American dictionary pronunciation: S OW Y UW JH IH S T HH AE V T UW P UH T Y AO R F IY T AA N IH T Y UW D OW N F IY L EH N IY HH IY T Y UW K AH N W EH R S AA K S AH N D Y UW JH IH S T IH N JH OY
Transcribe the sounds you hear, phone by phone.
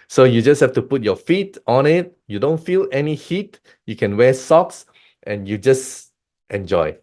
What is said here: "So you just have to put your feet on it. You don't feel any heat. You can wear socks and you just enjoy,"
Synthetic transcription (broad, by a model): S OW Y UW JH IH S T HH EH F T UW P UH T Y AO F IY T AA N IH T Y UW D OW N F IY L EH N IY HH IY T Y UW K AH N W EH S AA K S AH N Y UW JH IH S T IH N JH OY